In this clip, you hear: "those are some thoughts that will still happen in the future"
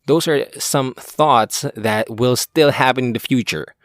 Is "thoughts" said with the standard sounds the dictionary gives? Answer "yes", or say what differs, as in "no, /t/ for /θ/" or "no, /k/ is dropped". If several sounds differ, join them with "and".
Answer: yes